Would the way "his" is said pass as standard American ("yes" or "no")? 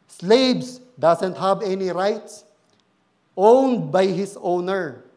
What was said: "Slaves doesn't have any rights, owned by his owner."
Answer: no